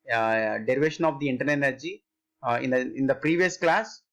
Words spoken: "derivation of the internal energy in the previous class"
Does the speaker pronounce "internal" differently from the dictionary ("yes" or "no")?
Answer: yes